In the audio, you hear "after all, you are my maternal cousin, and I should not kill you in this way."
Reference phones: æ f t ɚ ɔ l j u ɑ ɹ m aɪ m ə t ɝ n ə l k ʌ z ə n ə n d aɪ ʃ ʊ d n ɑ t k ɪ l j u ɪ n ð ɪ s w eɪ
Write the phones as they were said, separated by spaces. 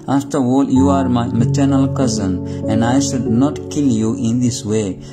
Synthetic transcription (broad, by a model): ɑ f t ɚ ɔ l j u ɑ ɹ m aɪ m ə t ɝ n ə l k ʌ z ə n ə n d aɪ ʃ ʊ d n ɑ t k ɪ l j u ɪ n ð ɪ s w eɪ